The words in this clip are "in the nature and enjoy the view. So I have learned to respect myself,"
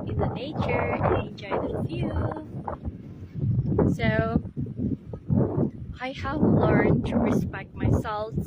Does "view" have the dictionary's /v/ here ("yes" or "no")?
no